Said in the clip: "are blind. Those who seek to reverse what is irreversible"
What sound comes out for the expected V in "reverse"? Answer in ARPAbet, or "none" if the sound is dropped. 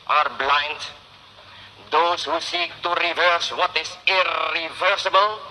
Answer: V